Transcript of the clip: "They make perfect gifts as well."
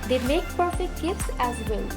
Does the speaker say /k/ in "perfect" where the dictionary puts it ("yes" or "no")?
yes